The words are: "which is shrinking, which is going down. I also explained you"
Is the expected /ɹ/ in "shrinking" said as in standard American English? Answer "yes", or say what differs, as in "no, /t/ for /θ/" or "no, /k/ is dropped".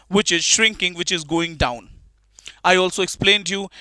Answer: yes